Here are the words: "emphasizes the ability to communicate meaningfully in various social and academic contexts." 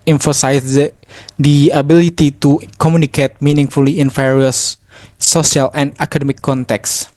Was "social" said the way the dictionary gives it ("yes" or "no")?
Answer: no